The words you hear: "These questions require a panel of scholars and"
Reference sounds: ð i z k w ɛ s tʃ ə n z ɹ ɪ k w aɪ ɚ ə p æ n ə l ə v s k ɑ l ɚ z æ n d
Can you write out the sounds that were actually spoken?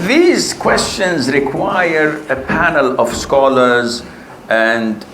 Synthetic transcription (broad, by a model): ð i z k w ɛ s tʃ ə n z ɹ ɪ k w aɪ ɚ ə p æ n ə l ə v s k ɑ l ɚ z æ n d